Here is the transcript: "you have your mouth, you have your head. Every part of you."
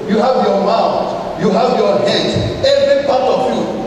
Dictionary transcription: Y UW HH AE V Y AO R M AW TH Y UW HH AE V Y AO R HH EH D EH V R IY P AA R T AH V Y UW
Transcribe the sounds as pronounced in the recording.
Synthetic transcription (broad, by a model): Y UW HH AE V Y AO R M AW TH Y UW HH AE V Y AO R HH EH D EH V R IY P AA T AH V Y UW